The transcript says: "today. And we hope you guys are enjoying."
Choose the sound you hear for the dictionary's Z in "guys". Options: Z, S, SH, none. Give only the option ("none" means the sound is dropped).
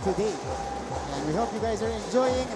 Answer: Z